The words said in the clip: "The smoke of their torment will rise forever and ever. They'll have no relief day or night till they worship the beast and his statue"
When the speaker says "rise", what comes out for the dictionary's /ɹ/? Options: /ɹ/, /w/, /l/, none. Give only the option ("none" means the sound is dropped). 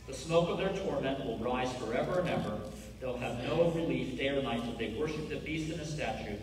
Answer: /ɹ/